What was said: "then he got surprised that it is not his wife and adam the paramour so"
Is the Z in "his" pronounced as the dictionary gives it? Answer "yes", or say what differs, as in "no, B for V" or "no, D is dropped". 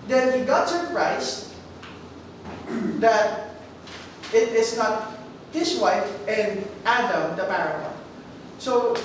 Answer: no, S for Z